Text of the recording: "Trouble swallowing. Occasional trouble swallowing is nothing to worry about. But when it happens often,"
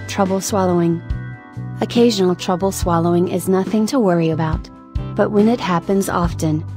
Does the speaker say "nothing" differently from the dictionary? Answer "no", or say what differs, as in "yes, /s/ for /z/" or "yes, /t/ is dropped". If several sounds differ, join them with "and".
no